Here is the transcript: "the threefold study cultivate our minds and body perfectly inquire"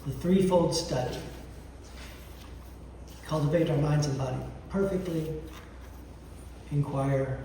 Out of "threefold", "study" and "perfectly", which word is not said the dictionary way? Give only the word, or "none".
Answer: none